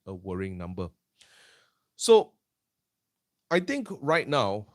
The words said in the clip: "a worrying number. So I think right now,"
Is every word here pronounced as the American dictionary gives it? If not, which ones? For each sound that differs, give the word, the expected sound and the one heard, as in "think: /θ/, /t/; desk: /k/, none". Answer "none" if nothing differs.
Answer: think: /θ/, /t/